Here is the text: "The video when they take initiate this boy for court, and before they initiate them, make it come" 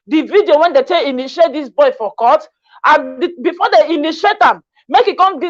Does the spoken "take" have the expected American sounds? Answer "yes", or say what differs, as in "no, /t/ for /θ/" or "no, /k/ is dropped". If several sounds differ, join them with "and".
no, /k/ is dropped